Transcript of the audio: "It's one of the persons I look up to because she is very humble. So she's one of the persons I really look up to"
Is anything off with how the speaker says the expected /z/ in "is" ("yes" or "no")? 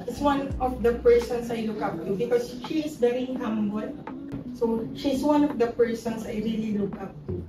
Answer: yes